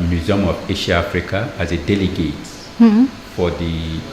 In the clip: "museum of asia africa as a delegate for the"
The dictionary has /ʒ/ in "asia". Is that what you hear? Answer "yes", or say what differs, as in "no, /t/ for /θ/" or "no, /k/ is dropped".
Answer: no, /ʃ/ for /ʒ/